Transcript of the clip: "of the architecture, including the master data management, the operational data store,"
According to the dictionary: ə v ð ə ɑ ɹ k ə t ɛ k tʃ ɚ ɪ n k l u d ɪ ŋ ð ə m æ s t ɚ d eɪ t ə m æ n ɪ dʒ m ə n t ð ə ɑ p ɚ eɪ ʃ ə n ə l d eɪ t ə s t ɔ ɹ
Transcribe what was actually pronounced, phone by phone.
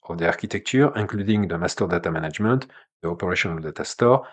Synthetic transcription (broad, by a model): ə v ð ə ɑ ɹ k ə t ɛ k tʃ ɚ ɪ k l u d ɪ ŋ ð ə m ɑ s t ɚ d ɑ t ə m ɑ n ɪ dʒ m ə n t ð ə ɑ p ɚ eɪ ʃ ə n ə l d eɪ t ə s t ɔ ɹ